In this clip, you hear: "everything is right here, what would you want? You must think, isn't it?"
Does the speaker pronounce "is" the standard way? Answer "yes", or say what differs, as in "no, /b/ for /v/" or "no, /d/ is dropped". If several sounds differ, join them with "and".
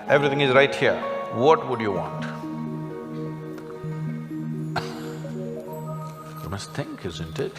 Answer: yes